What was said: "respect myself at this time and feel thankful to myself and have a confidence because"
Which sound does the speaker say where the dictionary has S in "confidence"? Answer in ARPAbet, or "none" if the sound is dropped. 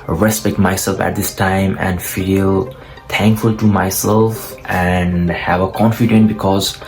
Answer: none